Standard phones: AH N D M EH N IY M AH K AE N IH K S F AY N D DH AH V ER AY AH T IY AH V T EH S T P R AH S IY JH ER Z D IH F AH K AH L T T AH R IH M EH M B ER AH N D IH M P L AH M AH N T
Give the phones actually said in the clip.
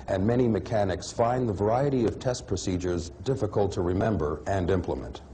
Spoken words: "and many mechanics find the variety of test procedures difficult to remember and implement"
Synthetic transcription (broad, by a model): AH N M EH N IY M AH K AE N IH K S F AY N DH AH V ER AY AH T IY AH V T EH S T P R AH S IY JH ER Z D IH F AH K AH L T T AH R IH M EH M B ER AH N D IH M P L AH M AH N T